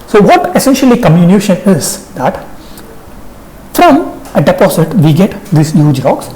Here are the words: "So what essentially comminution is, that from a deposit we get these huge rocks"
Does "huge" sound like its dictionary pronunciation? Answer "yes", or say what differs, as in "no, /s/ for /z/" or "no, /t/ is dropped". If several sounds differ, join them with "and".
yes